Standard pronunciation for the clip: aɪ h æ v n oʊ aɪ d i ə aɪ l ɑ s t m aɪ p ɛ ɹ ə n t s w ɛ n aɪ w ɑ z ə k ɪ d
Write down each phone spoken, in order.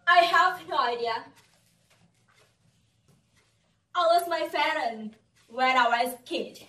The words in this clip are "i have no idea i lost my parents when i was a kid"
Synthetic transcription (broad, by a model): aɪ h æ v n oʊ aɪ d i ə aɪ w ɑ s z m aɪ f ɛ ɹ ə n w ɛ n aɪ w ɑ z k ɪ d